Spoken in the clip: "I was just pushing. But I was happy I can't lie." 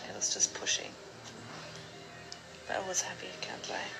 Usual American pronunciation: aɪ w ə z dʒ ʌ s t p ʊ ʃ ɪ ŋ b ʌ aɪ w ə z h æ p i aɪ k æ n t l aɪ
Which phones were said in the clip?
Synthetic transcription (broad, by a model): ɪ w ə z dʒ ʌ s p ʊ ʃ ɪ ŋ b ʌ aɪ w ə z h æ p i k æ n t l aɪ